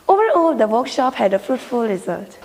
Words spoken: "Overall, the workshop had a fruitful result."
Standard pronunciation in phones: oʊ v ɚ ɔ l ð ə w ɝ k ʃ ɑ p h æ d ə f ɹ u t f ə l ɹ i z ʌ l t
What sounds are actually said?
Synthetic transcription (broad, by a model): oʊ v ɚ ɔ l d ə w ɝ k ʃ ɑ p h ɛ d ə f ɹ u t f ə l ɹ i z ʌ l t